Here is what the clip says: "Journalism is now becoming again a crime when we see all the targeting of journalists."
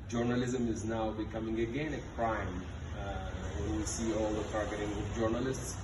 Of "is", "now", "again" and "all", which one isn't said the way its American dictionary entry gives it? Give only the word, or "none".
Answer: none